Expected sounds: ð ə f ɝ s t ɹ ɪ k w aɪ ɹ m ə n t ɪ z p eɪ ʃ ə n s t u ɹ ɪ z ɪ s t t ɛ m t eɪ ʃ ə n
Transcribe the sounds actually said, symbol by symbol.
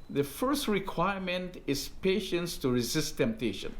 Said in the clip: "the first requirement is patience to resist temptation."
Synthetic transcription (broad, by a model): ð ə f ɝ s t ɹ ɪ k w aɪ ɹ m ə n t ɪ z p eɪ ʃ ə n s t u ɹ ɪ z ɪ s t t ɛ m t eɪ ʃ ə n